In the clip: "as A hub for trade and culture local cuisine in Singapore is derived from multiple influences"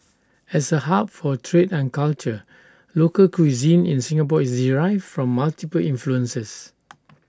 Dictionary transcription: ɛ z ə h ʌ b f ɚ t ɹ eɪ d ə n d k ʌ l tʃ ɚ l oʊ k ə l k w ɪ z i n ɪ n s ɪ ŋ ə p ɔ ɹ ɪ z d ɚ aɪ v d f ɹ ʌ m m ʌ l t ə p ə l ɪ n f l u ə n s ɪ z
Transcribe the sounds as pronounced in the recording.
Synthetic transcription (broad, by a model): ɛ s ə h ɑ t f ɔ t ɹ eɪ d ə n k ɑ l tʃ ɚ l oʊ k ə l k w ɪ z i n ɪ n s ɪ ŋ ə p ɔ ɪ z d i aɪ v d f ɹ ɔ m m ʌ l t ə p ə l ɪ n f l u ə n s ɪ s